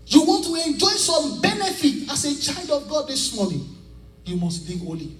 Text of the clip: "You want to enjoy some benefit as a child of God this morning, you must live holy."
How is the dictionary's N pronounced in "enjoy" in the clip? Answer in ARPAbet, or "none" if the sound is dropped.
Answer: N